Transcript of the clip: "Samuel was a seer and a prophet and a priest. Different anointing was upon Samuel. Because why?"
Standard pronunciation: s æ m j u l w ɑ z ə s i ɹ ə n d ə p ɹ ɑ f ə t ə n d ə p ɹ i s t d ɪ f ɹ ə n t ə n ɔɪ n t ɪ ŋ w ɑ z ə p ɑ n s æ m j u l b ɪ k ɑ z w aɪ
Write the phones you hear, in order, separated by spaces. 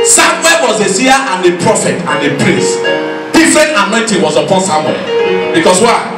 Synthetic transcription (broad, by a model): s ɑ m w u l w ɑ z ə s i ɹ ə n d ə p ɹ ɑ f ə t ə n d ə p ɹ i s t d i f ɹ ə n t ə n ɔɪ n t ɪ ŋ w ɑ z ə p ɑ n s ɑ m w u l b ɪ k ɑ s w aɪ